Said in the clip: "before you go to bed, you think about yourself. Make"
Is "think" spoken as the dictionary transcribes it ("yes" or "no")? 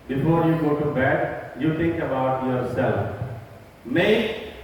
no